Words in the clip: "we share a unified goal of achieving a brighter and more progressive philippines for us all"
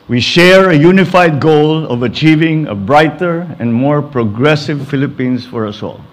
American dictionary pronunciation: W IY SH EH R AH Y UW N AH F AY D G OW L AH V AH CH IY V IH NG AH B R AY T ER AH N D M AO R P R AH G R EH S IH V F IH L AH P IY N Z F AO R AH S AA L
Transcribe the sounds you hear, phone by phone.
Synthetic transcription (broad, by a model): W IY SH EH R AH Y UW N AH F AY D G OW L AH V AH CH IY V IH NG AH B R AY T ER AH N D M AO R P R AH G R EH S IH V F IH L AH P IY N S F AO R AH S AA L